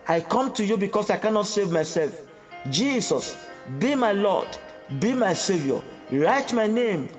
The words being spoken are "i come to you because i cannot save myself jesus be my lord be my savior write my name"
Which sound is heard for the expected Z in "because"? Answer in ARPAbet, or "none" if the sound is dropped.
S